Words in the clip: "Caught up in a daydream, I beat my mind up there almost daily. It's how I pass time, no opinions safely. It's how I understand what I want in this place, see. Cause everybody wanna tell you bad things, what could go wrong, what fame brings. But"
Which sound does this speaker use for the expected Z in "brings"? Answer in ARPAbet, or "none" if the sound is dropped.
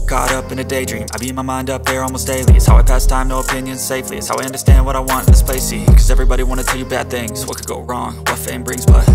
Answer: Z